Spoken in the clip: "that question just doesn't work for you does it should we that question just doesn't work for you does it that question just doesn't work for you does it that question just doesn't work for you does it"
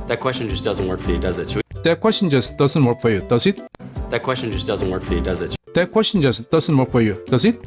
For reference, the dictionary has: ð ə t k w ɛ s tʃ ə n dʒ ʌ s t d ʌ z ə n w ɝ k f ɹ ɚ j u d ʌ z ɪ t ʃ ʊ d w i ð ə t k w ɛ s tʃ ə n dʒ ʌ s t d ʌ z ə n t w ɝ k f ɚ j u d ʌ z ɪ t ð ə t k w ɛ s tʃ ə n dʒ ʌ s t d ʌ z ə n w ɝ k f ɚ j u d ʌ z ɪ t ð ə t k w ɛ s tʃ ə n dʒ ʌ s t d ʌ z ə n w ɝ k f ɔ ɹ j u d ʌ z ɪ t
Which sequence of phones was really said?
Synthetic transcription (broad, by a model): ð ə t k w ɛ s tʃ ə n dʒ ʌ s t d ʌ z ə n w ɝ k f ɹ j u d ʌ z ɪ t s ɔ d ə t k w ɛ s tʃ ə n dʒ ʌ s t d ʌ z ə n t w ɝ k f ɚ j u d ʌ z ɪ t ð ə t k w ɛ s tʃ ə n dʒ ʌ s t d ʌ z ə n w ɝ k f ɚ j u d ʌ z ɪ t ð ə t k w ɛ s tʃ ə n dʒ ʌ s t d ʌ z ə n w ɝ k f ɔ ɹ j u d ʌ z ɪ t